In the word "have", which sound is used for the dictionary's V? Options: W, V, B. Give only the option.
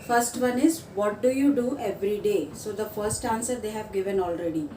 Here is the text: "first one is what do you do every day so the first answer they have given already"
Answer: V